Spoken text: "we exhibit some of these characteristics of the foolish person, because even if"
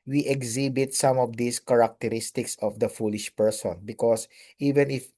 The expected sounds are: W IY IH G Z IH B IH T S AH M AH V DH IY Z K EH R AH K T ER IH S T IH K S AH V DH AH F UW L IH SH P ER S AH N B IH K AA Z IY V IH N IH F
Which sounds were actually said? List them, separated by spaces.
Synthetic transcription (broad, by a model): W IY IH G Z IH B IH T S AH M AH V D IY S K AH R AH K T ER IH S T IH K S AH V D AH F UW L IH SH P ER S AH N B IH K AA S IY V IH N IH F